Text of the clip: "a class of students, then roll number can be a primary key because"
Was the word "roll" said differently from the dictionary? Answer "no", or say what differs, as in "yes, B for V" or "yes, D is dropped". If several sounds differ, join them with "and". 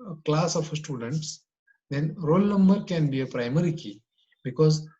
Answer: no